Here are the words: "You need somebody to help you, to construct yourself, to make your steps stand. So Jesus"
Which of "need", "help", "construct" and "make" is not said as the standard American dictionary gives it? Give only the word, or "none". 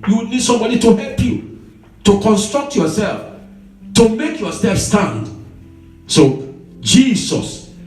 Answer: none